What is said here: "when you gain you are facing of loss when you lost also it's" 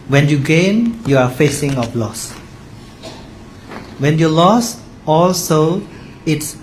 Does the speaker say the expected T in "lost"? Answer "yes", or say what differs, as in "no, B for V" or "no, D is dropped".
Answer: no, T is dropped